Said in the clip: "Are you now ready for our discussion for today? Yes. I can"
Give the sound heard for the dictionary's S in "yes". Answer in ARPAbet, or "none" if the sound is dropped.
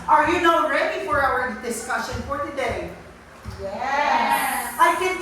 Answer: none